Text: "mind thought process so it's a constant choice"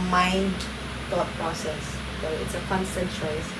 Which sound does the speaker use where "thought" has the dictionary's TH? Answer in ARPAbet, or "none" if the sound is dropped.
T